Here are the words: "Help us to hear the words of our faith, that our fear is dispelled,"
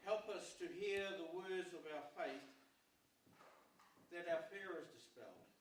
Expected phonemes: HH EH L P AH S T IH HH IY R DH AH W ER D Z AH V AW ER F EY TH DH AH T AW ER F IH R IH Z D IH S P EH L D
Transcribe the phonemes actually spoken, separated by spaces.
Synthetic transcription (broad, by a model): HH EH L P AH S T IH HH IY R DH AH W ER D Z AH V AW ER F EY TH DH AH T AW ER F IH R IH Z D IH S P EH L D